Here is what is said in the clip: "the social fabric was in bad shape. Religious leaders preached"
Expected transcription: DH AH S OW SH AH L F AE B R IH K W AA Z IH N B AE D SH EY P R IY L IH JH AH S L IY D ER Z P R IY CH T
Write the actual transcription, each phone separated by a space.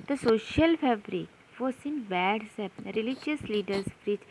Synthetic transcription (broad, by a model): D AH S OW SH AH L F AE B R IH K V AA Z IH N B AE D S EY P R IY L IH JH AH S L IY D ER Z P R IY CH